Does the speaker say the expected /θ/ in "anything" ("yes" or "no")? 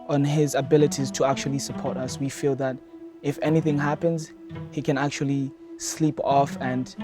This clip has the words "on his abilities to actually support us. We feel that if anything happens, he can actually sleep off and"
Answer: yes